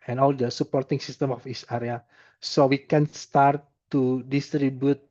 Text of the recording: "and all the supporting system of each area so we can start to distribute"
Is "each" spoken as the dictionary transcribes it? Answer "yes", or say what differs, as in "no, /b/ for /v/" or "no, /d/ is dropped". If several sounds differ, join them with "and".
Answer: no, /s/ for /tʃ/